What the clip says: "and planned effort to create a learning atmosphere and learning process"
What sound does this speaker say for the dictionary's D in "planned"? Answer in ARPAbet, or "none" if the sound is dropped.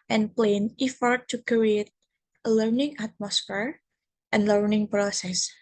none